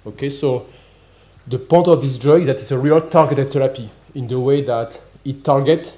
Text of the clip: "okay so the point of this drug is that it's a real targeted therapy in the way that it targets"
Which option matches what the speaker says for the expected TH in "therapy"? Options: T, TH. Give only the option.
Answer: T